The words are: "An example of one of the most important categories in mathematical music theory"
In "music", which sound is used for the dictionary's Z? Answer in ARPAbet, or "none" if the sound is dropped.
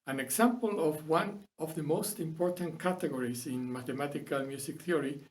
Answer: S